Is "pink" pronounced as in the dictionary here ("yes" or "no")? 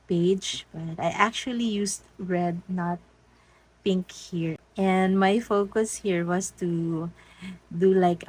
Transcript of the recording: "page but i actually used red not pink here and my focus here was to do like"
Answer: yes